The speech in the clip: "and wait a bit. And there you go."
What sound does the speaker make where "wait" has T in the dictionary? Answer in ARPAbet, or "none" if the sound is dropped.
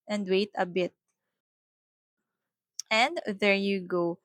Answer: T